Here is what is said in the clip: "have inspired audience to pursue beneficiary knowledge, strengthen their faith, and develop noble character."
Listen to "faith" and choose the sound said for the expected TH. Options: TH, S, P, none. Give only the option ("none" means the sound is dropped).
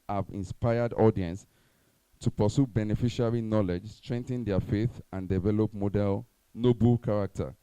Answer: TH